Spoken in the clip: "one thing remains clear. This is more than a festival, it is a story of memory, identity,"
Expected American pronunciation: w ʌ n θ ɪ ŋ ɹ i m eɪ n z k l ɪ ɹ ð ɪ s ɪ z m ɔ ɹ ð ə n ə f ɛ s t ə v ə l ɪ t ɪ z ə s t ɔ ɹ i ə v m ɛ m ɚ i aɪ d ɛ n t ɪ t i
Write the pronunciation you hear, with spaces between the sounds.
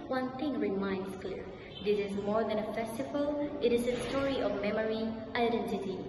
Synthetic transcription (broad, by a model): w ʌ n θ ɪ ŋ ɹ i m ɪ n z k l ɪ ɹ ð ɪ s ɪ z m ɔ ɹ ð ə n ə f ɛ s t ə v ə l ɪ t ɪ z ə s t ɔ ɹ i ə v m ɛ m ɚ i aɪ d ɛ n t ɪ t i